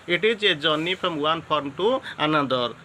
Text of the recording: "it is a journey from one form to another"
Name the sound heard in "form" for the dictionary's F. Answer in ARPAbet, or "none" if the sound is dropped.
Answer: P